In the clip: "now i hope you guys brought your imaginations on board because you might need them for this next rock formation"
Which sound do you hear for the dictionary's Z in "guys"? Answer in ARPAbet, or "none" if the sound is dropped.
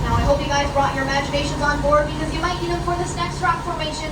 Z